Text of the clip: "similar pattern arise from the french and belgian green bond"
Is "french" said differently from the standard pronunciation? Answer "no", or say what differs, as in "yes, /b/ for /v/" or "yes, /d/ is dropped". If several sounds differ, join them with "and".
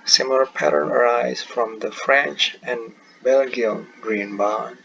no